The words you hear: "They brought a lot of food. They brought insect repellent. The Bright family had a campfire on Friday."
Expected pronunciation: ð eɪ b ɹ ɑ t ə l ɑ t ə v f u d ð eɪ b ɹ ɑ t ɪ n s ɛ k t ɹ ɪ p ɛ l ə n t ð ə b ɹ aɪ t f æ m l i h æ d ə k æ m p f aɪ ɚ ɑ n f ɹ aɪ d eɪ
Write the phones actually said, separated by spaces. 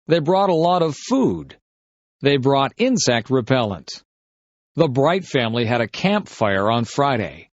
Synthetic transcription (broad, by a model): ð eɪ b ɹ ɑ t ə l ɑ t ə v f u d ð eɪ b ɹ ɑ t ɪ n s ɛ k t ɹ ɪ p ɛ l ə n t ð ə b ɹ aɪ t f æ m l i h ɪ d ə k æ m p f aɪ ɚ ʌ n f ɹ aɪ d eɪ